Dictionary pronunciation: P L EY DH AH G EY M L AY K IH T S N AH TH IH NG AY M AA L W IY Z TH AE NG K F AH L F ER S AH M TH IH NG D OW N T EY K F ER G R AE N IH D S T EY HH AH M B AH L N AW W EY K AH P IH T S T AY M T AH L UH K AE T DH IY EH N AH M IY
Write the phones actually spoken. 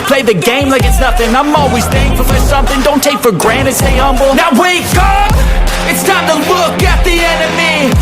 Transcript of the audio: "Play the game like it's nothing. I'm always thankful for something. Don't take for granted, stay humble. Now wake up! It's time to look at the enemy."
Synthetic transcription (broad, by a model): P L EY DH AH G EY M L AY K IH T S N AH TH IH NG AY M AA L W IY Z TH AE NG F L F ER S AH M TH IH NG D OW N T EY K F ER G R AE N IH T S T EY HH AH M B L N AW W EY K AH P IH T S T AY T AH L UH K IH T DH IY EH N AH M IY